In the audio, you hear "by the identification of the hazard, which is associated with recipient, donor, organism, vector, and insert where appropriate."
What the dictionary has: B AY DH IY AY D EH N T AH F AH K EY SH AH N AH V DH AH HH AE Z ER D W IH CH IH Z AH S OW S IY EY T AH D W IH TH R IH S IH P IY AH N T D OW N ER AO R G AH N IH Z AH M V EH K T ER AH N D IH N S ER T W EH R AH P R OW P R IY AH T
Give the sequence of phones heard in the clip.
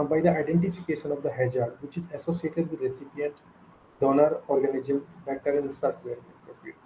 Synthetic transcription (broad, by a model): B AY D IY AY D EH N T AH F AH K EY SH AH N AH V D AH HH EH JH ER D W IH CH IH Z AH S OW S IY EY T AH D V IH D R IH S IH P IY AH N T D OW N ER AO R G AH N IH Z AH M B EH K T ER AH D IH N S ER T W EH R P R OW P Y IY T